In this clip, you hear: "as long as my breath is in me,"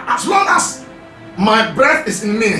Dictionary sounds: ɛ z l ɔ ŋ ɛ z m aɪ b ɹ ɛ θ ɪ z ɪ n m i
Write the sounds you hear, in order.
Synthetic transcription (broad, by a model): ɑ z l ɔ ŋ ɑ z m aɪ b ɹ ɛ θ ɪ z ɪ n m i